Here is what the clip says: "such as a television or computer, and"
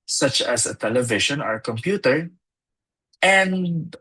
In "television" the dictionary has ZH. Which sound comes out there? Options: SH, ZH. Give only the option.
SH